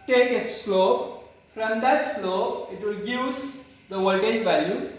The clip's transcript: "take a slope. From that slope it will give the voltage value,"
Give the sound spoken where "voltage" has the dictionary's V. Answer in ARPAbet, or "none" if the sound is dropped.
W